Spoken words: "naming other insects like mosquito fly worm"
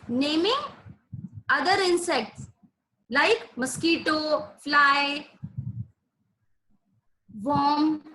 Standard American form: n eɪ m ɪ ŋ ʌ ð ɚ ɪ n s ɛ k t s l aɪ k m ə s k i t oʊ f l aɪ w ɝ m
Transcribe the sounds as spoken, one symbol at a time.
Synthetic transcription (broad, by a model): n eɪ m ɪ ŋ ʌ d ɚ ɪ n s ɛ k t s l aɪ k m ə s k i t oʊ f l aɪ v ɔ m